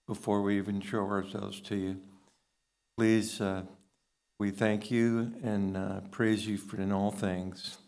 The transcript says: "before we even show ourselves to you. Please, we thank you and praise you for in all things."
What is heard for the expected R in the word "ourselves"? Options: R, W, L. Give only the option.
R